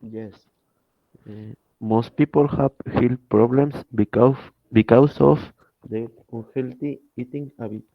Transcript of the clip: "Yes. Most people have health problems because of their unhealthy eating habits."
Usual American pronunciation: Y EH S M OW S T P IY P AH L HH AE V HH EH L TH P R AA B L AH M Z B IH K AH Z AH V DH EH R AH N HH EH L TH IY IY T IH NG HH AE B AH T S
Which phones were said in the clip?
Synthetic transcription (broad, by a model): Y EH S M OW S T P IY P AH L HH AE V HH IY L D P R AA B L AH M S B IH K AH S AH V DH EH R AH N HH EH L T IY IY T IH NG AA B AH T